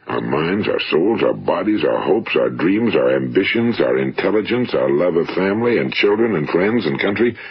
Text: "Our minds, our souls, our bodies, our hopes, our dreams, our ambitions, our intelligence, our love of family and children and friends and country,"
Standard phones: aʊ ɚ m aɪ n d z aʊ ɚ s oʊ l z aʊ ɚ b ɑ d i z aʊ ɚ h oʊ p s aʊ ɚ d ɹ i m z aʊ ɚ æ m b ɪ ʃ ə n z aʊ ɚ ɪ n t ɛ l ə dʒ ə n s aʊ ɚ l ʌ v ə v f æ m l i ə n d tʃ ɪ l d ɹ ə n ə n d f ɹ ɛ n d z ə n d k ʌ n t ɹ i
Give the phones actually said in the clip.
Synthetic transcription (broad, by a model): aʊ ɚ m aɪ n d z aʊ ɚ s oʊ l z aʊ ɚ b ɑ d i z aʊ ɚ h oʊ p s aʊ ɚ d ɹ i m z aʊ ɚ æ m b ɪ ʃ ə n z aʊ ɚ ɪ n t ɛ l ə dʒ ə n s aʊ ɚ l ʌ v ə v f æ m l i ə n tʃ ɪ l d ɹ ə n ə n f ɹ ɛ n d z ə n k ʌ n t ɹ i